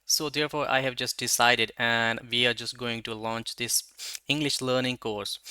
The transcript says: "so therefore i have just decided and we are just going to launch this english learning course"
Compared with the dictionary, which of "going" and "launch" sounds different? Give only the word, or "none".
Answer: none